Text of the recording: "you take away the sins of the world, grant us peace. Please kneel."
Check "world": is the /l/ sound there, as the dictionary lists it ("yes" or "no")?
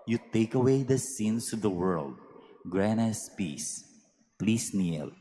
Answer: yes